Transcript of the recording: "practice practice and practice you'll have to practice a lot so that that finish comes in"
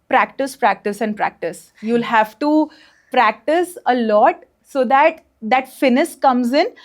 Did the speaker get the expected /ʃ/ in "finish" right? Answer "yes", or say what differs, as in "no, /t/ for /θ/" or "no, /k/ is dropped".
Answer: no, /s/ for /ʃ/